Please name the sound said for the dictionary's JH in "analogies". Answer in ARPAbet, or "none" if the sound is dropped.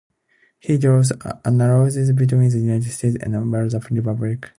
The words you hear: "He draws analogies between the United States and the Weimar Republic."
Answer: Z